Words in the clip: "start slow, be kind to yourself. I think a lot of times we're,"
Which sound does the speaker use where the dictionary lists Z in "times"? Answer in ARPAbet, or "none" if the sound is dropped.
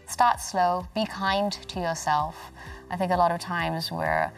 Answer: Z